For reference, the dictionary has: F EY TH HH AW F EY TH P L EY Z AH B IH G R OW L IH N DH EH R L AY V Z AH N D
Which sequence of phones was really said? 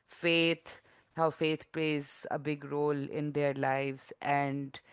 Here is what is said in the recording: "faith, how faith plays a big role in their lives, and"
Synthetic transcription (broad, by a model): F EY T HH AW F EY T P L EY Z AH B IH G R OW L IH N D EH R L AY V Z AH N D